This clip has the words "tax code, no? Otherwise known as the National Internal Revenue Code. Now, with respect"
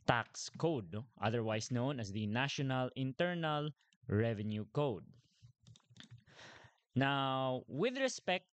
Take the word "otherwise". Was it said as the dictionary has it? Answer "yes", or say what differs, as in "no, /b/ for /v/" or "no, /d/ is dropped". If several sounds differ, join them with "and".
no, /s/ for /z/